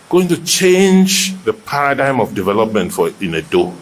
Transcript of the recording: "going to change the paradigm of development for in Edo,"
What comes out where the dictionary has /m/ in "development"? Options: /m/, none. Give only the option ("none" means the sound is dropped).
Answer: /m/